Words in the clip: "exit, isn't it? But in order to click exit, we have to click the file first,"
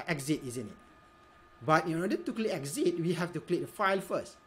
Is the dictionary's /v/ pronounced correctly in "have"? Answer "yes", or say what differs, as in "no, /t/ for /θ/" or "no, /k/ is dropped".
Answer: no, /f/ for /v/